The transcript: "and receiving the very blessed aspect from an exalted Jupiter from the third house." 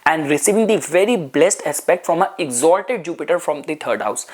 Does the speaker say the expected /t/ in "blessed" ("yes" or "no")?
yes